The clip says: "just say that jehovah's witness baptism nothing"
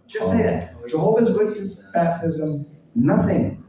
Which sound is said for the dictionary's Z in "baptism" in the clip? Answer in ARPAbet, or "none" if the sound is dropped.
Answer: Z